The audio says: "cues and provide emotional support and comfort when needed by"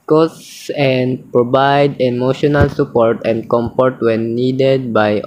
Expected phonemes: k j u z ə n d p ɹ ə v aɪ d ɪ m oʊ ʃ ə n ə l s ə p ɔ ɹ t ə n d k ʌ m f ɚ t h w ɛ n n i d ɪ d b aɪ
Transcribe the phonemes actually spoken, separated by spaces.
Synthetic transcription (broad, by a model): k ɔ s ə n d p ɹ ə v aɪ d ɪ m oʊ ʃ ə n ə l s ə p ɔ ɹ t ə n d k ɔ m p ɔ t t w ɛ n n i d ɪ d b aɪ